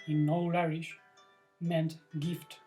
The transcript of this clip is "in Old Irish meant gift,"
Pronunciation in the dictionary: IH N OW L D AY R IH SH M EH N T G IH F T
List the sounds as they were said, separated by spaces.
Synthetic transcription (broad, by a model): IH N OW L AY R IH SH M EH N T G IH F T